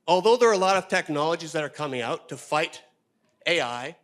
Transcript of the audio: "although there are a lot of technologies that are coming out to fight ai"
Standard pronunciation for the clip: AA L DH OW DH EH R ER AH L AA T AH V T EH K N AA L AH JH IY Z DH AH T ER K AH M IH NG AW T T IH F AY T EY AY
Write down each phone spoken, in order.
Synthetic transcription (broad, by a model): AA L DH OW DH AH R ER AH L AA T AH V T EH K N AA L AH JH IY Z DH AH T ER K AH M IH NG AW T T IH F AY T EY AY